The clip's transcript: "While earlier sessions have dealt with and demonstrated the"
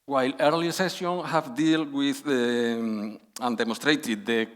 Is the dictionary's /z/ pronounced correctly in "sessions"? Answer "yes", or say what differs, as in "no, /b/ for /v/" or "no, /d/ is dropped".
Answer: no, /z/ is dropped